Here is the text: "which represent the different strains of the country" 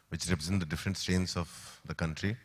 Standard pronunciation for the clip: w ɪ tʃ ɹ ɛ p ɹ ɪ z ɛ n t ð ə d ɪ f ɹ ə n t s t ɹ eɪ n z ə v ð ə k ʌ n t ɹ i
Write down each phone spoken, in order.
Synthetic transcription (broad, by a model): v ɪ tʃ ɹ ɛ p ɹ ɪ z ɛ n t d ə d ɪ f ɹ ə n t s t eɪ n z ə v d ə k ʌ n t ɹ i